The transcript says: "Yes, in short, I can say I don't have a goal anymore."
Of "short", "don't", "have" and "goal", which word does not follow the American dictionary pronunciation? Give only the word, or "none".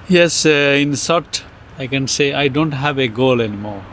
short